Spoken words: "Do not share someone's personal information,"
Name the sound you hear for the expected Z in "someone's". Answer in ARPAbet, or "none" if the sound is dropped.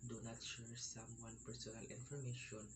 none